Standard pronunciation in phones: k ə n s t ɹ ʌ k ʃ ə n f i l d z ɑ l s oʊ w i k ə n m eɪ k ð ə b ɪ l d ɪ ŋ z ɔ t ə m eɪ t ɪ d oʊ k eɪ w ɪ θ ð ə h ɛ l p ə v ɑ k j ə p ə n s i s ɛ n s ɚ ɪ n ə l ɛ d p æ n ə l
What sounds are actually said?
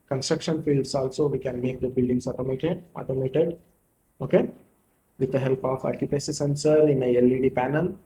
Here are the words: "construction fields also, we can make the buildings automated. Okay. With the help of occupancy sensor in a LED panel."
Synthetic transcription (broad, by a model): k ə n s t ɹ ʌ k ʃ ə n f i l d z ɑ l s oʊ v i k ə n m eɪ k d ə b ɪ l d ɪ ŋ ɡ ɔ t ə m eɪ t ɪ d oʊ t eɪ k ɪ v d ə h ɛ l p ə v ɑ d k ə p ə s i s ɛ n s ɚ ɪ n ə l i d p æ n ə l